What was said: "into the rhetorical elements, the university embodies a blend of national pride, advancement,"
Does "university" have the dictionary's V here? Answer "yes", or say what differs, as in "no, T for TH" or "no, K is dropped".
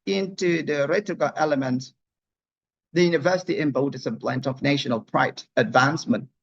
yes